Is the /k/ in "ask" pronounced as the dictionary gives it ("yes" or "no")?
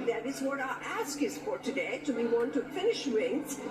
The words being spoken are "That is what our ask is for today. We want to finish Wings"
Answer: yes